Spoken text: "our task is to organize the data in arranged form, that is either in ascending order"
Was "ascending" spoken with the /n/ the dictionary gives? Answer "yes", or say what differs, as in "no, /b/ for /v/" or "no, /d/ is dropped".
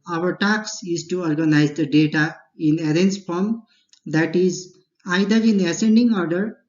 yes